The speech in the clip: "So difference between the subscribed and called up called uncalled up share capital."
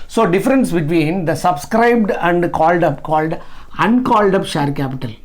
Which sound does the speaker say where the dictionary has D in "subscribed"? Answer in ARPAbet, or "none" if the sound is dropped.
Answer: D